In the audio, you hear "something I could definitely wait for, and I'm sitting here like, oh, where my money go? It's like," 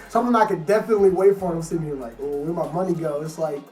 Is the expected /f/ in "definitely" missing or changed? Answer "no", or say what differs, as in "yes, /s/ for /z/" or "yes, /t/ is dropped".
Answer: no